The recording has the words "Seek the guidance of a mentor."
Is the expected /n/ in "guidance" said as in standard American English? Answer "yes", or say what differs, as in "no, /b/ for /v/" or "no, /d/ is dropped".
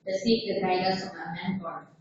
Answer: no, /n/ is dropped